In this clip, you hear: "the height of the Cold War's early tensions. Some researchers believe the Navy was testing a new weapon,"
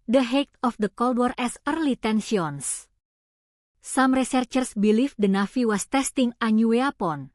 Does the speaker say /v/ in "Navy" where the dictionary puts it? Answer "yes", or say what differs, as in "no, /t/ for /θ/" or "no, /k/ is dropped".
no, /f/ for /v/